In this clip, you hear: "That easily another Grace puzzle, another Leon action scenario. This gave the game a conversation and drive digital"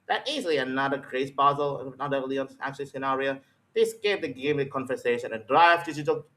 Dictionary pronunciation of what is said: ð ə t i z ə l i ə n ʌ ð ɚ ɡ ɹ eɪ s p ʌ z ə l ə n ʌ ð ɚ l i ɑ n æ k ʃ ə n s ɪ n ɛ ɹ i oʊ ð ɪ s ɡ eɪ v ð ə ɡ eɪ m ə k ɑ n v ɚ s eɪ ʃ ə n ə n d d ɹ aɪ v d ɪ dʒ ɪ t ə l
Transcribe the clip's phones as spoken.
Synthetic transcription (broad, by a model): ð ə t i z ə l i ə n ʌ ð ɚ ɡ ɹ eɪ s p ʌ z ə l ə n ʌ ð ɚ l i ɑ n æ k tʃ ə l s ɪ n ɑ ɹ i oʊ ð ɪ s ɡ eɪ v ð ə ɡ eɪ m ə k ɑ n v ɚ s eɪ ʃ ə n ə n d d ɹ aɪ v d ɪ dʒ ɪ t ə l